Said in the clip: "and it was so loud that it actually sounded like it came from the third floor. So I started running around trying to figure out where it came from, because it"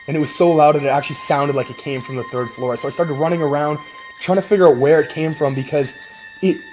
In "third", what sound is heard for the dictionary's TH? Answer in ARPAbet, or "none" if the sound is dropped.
TH